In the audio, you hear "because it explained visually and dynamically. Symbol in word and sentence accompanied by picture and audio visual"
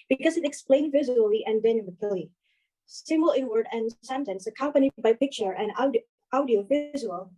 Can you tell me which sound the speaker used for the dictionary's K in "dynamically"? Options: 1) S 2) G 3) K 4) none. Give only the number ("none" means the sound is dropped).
4